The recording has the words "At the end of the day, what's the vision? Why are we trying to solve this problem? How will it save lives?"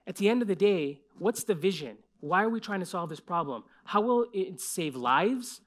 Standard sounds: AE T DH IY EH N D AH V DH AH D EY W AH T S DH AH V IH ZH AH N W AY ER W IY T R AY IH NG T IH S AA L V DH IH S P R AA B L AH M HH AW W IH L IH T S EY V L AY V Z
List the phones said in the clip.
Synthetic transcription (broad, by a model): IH T DH IY EH N D AH V DH AH D EY W AH T S DH AH V IH ZH AH N W AY ER W IY T R AY IH NG T IH S AA L V DH IH S P R AA B L AH M HH AW W IH L IH T S EY V L AY V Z